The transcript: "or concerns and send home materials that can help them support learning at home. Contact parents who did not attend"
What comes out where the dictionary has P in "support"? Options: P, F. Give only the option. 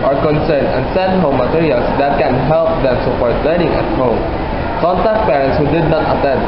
F